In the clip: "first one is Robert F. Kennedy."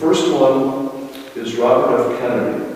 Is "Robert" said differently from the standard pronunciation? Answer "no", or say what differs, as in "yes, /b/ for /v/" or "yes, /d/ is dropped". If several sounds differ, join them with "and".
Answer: no